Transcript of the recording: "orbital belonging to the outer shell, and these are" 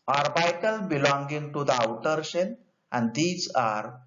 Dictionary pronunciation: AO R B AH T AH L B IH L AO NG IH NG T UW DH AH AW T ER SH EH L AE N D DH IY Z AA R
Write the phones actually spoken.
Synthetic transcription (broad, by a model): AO R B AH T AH L B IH L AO NG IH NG T UW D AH AW T ER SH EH N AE N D IY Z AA R